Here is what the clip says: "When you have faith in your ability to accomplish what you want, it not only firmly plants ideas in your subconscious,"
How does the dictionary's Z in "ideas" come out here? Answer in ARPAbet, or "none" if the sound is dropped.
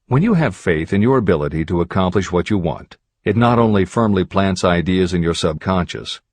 Z